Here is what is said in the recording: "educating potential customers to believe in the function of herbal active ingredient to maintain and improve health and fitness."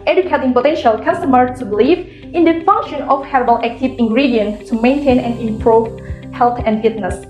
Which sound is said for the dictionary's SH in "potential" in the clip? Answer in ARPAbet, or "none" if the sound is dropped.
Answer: SH